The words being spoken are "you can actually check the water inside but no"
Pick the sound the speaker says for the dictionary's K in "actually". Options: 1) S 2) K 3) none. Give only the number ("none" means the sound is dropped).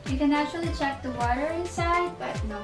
3